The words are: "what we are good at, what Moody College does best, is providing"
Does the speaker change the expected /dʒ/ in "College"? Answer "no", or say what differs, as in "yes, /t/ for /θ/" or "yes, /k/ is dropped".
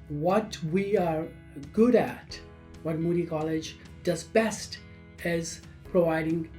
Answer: no